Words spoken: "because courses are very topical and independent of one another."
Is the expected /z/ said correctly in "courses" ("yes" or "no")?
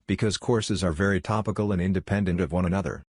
yes